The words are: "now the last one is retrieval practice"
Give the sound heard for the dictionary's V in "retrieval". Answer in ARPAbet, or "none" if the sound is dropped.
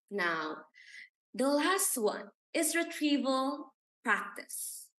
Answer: V